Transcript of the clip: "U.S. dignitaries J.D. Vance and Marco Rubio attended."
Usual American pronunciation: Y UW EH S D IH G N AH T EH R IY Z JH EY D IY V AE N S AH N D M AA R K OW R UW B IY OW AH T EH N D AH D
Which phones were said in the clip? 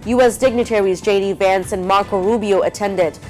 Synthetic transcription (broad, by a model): Y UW EH S D IH G N AH T EH R IY Z JH EY D IY V AE N S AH N M AA R K OW R UW B IY OW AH T EH N D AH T